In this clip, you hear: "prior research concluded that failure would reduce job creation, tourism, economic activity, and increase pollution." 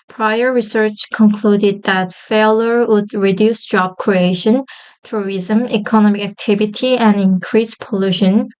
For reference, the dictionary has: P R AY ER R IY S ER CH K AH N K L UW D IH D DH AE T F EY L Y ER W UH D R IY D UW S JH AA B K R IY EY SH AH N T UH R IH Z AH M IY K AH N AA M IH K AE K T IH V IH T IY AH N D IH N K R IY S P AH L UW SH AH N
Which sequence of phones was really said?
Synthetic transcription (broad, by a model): P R AY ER R IY S ER CH K AH N K L UW D IH D DH AE T F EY L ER W UH D R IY D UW S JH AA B K R IY EY SH AH N T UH R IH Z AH M IY K AH N AA M IH K AE K T IH V IH T IY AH N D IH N K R IY S P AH L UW SH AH N